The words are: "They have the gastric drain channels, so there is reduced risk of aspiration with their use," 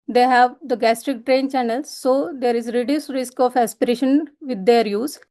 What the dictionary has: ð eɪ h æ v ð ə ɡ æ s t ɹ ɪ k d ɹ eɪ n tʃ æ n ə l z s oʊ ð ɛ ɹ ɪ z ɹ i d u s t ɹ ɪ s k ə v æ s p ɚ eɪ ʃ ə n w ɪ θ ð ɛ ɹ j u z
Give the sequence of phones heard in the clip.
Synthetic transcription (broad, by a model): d eɪ h æ v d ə ɡ æ s t ɹ ɪ k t ɹ eɪ n tʃ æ n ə l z s oʊ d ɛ ɹ ɪ z ɹ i d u s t ɹ ɪ s k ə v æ s p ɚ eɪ ʃ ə n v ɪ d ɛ ɹ j u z